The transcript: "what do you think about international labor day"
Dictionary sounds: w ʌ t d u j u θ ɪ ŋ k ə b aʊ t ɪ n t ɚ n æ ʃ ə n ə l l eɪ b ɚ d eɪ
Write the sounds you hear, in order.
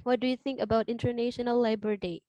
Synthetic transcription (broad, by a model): w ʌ t d u j u θ ɪ ŋ k ə b aʊ t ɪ n t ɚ n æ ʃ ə n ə l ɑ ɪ b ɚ d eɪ